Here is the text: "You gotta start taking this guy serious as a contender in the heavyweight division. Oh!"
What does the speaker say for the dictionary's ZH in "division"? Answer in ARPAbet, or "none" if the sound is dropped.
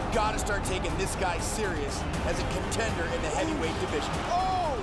ZH